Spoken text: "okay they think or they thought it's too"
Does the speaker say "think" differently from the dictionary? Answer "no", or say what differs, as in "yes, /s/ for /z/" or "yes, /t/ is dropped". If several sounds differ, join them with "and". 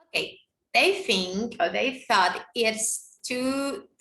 no